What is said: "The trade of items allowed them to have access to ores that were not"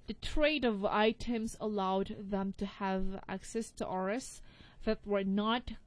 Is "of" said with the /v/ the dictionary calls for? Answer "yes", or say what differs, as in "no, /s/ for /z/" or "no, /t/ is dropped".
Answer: yes